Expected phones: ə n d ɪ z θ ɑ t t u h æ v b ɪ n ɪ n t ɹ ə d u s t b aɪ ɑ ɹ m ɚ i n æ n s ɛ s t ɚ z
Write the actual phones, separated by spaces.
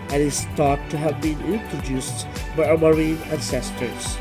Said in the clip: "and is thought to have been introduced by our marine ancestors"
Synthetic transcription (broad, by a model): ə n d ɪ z t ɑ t t u h æ v b ɪ n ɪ n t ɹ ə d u s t b aɪ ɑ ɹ m ɚ i n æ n s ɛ s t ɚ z